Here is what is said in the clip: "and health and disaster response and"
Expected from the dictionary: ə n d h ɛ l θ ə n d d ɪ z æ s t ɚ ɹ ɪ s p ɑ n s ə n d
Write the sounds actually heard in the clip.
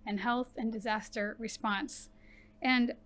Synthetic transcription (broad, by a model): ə n h ɛ l θ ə n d d ɪ z æ s t ɚ ɹ ɪ s p ɑ n s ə n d